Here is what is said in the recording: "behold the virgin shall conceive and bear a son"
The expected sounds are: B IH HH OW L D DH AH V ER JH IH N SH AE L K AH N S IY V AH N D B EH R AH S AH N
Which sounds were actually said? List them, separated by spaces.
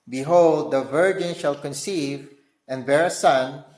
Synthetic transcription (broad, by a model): B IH HH OW L D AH V ER JH IH N SH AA L K AH N S IY V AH N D B EH R AH S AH N